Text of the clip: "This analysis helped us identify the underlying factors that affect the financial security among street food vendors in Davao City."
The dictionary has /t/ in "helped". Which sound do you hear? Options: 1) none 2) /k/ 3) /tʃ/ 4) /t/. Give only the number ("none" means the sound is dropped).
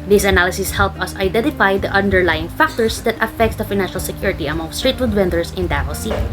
1